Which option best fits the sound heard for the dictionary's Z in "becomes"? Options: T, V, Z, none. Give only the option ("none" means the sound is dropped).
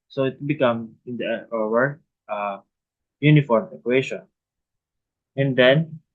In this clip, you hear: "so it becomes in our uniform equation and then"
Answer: none